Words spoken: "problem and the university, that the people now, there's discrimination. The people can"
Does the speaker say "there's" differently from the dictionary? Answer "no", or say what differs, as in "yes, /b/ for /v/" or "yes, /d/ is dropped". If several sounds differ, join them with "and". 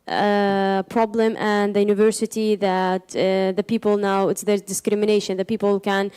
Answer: yes, /z/ is dropped